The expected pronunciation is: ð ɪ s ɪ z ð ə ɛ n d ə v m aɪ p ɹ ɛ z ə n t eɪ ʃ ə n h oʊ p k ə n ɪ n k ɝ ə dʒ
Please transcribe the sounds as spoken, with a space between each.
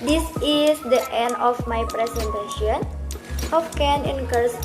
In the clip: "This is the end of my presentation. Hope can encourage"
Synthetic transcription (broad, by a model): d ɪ s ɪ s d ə ɛ n d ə f m aɪ p ɹ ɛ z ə n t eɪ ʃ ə n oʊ f k ə n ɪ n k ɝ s